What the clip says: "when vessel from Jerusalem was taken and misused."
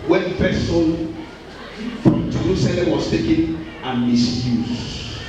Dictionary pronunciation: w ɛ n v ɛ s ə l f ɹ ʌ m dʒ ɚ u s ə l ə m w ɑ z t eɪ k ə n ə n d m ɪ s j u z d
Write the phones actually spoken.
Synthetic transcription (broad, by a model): w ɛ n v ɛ s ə n f ɹ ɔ m dʒ ɚ u s ə l ə m w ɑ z t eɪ k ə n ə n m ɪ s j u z